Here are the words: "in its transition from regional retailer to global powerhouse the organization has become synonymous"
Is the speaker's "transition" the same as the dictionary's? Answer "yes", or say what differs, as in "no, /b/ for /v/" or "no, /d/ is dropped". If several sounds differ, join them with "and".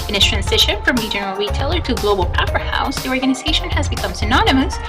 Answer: yes